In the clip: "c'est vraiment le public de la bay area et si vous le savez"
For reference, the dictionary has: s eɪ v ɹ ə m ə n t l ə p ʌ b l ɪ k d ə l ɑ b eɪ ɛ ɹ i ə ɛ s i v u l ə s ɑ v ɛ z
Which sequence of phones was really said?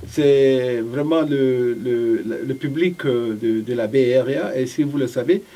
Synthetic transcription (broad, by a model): s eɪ v ɹ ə m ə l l l ə p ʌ b l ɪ k d ə l ɑ b eɪ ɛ ɹ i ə s i v u l ə s ɑ v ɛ